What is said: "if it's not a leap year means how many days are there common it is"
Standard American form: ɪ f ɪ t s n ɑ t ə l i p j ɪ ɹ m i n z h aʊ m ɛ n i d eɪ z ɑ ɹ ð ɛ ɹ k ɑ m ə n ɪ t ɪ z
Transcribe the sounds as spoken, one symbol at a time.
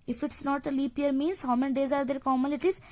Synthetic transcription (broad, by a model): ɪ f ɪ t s n ɑ t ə l i p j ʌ ɹ m i n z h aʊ m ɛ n d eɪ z ɑ ɹ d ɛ ɹ k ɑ m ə l ɪ t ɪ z